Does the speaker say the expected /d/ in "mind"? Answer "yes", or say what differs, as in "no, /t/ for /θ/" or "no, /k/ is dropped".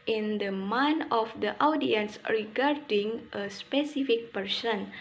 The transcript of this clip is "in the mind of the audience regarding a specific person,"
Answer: no, /d/ is dropped